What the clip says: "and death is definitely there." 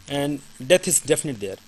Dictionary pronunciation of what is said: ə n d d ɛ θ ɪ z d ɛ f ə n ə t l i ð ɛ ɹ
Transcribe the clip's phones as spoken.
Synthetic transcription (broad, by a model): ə n d d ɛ t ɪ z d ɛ f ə n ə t i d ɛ ɹ